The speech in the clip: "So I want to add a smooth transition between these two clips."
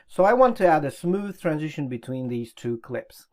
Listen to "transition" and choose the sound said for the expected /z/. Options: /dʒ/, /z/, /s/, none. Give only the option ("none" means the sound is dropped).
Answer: /z/